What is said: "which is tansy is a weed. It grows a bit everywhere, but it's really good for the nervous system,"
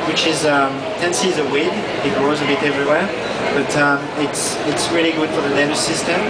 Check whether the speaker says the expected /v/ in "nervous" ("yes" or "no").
no